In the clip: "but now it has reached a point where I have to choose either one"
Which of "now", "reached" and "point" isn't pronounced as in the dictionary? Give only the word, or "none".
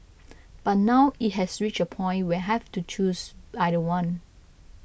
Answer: reached